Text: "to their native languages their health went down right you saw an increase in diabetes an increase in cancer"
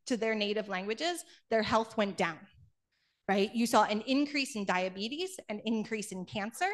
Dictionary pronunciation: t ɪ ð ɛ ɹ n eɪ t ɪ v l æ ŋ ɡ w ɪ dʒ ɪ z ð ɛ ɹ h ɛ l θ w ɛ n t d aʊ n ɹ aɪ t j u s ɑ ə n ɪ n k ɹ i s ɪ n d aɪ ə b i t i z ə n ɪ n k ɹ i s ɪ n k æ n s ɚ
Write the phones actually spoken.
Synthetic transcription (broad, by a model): t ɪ ð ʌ ɹ n eɪ t ɪ v l æ ŋ ɡ w ɪ dʒ ɪ z ð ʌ ɹ h ɛ l θ w ɛ n d aʊ n ɹ aɪ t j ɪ s ɑ ə n ɪ n k ɹ i s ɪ n d aɪ ə b i t i z ə n ɪ n k ɹ i s ɪ n k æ n s ɚ